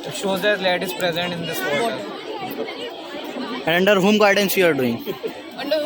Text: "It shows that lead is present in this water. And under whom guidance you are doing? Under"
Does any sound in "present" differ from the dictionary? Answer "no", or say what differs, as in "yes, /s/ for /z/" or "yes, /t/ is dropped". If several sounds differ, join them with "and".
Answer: no